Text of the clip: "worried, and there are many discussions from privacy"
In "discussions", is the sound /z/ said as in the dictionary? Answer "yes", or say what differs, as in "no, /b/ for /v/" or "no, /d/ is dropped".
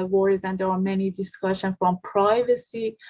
no, /z/ is dropped